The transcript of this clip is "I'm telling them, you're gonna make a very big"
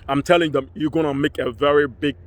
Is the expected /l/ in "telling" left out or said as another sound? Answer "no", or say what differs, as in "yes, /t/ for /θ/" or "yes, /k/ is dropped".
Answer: no